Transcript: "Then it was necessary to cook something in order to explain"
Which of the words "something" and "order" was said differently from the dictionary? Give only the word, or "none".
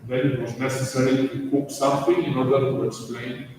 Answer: something